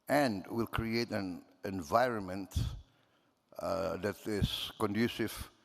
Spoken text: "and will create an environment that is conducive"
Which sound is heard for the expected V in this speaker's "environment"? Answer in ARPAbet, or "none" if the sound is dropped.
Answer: V